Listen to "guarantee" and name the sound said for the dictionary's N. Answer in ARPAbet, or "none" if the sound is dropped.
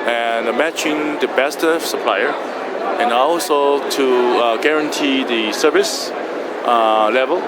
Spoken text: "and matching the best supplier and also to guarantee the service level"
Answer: N